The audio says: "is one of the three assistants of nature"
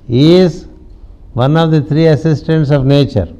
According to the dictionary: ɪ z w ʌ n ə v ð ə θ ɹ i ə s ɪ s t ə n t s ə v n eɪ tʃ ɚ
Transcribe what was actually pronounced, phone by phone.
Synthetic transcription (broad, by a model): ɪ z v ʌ n ə v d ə t ɹ i ə s ɪ s t ə n t s ə v n eɪ tʃ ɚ